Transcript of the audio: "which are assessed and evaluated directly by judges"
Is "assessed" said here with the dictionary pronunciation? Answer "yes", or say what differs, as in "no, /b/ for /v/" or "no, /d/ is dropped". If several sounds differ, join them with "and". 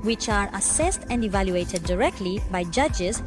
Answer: yes